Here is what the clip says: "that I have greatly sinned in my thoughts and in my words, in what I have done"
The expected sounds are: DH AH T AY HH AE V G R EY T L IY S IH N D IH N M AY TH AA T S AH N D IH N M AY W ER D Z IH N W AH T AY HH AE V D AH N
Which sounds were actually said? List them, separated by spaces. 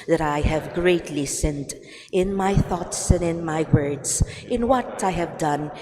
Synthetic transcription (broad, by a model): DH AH T AY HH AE V G R EY T L IY S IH N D IH N M AY TH AA T S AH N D IH N M AY W ER D Z IH N W AH T AY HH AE V D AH N